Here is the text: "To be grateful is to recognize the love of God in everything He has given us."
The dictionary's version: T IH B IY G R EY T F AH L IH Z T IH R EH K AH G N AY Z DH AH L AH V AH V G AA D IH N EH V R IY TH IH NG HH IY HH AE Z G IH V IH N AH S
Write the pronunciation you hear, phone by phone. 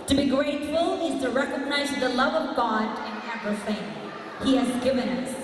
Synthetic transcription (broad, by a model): T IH B IY G R EY T F AH L IH Z T IH R EH K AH G N AY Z DH AH L AH V AH V G AA D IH N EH P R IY F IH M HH IY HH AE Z G IH V IH N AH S